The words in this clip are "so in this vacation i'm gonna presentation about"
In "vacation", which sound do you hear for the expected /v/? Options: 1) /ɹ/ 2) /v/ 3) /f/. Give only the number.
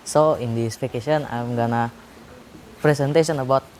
3